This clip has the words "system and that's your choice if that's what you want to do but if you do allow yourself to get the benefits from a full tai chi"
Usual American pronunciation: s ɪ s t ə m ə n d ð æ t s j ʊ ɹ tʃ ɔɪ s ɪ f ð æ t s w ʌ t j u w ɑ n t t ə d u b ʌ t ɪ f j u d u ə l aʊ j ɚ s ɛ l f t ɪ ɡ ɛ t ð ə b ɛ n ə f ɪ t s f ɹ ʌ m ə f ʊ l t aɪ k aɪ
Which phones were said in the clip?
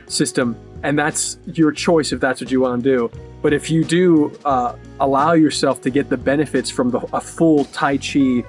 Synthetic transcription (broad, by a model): s ɪ s t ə m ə n ð æ t s j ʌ ɹ tʃ ɔɪ s ɪ f ð æ t s w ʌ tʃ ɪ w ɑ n d u b ʌ t ɪ f j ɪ d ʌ ə l aʊ j ɚ s ɛ l f t ɪ ɡ ɛ t ð ə b ɛ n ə f ɪ t s f ɹ ʌ m ə f ʊ l t aɪ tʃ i